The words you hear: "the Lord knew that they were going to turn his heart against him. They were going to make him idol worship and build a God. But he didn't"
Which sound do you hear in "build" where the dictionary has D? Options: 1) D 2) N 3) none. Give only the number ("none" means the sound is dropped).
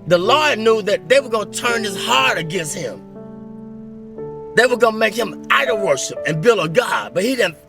3